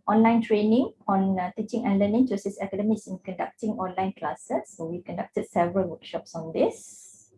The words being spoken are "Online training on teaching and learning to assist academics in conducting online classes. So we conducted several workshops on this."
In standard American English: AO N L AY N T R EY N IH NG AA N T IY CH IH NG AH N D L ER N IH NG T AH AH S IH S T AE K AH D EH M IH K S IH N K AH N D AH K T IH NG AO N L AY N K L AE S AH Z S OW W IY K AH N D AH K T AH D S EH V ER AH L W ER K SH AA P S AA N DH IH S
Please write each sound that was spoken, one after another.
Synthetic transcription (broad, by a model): AO N L AY N T R EY N IH NG AA N T IY CH IH NG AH N L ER N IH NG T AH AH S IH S EH K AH D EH M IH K S IH N K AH N D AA K T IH NG AO N L AY N K L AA S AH S OW W IY K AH N D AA K T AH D S EH V ER AH L W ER K SH AA P S AA N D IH S